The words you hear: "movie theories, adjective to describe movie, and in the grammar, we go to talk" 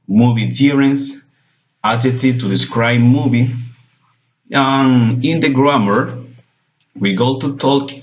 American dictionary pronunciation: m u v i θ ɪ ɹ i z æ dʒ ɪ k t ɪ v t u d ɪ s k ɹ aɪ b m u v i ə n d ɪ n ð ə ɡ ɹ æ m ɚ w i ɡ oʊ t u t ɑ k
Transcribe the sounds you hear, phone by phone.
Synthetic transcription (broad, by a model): m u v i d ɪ ɹ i s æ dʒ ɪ t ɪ t u d ɪ s k ɹ aɪ b m u v i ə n ɪ n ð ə ɡ ɹ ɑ m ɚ w i ɡ oʊ t u t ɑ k